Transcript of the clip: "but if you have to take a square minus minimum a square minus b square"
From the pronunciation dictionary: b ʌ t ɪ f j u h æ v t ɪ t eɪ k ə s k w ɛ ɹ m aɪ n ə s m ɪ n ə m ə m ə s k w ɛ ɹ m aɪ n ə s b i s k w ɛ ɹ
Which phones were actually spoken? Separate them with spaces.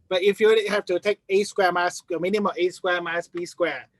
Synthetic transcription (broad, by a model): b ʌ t ɪ f j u h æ f t ɪ t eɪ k ə s k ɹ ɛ m aɪ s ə m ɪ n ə m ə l ə s k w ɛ m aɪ ə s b i s k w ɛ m